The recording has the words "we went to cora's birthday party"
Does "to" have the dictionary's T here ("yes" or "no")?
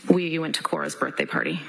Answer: yes